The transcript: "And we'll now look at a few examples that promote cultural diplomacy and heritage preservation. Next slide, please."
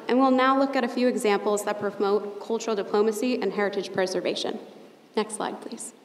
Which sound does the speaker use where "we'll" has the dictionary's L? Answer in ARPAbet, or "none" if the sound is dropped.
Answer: L